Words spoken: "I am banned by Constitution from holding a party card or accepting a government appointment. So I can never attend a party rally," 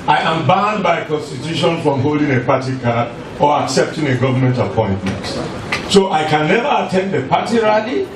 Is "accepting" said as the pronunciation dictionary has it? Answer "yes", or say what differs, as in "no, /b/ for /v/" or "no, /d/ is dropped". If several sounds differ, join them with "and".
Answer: yes